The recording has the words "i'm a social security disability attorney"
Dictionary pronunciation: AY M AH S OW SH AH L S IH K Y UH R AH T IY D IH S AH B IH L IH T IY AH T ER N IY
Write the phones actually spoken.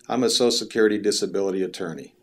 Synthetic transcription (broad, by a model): AY M AH S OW AH S IH K Y UH R AH T IY D IH S AH B IH L IH T IY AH T ER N IY